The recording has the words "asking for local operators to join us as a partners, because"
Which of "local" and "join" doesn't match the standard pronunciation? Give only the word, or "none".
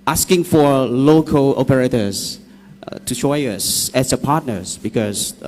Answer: join